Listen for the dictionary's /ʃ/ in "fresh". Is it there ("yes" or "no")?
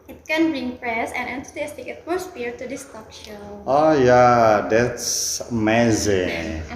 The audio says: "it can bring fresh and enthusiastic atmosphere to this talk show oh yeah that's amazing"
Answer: no